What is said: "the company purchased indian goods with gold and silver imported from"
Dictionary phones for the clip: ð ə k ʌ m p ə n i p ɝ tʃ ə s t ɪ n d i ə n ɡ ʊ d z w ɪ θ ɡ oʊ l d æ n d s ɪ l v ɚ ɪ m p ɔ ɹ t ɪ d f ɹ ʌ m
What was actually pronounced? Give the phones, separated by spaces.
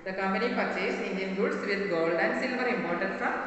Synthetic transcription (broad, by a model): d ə k ʌ m p ə n i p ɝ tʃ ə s ɪ n d i ə n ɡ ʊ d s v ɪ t ɡ oʊ l d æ n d s ɪ l v ɚ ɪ m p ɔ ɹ t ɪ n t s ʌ